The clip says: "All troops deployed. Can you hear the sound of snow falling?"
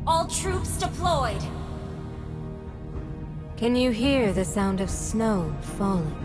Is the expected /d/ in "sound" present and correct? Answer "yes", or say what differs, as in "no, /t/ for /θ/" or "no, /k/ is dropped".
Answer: yes